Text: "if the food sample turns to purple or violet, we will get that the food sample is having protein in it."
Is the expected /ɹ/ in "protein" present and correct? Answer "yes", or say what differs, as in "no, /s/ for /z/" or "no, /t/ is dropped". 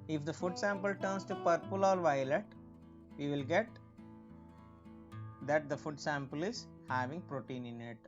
yes